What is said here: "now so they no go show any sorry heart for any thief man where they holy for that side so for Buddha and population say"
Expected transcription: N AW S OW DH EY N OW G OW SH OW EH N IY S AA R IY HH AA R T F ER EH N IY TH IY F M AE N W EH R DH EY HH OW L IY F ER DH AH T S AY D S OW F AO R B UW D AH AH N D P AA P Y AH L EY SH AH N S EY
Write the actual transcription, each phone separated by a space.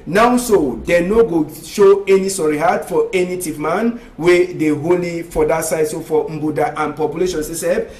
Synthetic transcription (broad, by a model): N AW S OW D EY N OW G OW SH OW EH N IY S AA R IY HH AA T F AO EH N IY T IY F M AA N W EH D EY HH OW L IY F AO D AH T S AY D S OW F AO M B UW D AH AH N P AA P Y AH L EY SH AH N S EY